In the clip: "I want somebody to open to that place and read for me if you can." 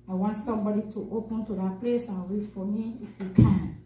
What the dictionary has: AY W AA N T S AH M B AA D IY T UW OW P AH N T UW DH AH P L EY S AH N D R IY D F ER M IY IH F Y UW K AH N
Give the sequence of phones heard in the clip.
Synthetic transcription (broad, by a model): AY W AA N T S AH M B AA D IY T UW OW P AH N T UW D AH P L EY S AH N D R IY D F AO M IY IH F Y UW K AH N